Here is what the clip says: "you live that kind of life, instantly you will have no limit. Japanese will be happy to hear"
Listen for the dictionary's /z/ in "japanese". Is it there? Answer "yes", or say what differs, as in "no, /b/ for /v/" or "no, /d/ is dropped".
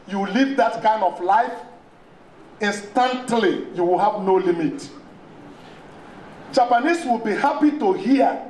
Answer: no, /s/ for /z/